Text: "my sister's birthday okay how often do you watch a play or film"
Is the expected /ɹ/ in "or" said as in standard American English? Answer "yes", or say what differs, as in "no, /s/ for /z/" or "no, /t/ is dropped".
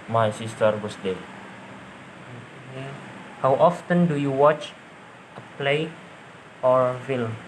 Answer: yes